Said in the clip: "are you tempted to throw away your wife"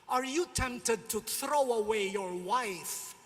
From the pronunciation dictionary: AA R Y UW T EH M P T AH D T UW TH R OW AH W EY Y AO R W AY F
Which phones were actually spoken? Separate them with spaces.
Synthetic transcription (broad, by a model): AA R Y UW T EH M P T AH D T UW TH R OW AH W EY Y AO R W AY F